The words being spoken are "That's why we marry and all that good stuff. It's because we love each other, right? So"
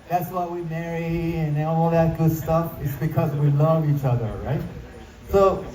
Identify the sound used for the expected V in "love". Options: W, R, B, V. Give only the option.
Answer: V